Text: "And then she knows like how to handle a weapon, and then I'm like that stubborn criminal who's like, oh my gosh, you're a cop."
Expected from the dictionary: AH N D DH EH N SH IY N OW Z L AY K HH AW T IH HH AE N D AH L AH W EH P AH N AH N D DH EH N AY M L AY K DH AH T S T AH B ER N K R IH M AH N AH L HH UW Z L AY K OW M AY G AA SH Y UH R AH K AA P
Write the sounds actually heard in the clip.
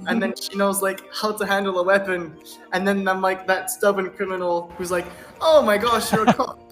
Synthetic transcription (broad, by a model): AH N DH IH N SH IY N OW Z L AY K HH AW T IH HH AE N D L AH W EH P AH N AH N DH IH N AY M L AY K DH AH T S T AH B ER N K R IH M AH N L HH UW Z L AY K OW M AY G AA SH Y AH R AH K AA